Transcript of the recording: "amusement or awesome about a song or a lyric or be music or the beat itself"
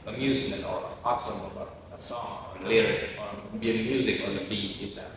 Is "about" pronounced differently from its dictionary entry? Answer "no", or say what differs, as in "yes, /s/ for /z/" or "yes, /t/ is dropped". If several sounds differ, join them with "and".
yes, /t/ is dropped